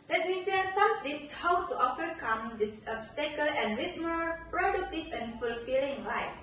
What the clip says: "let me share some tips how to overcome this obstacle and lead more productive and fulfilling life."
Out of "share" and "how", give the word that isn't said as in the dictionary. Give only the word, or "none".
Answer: share